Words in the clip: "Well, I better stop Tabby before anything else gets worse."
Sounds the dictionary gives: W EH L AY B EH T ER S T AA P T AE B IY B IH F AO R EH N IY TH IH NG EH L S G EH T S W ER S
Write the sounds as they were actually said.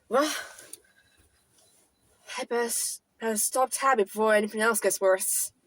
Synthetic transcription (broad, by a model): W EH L AY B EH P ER S T AA P T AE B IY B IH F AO R EH N IY TH IH NG EH L S G EH T S W ER S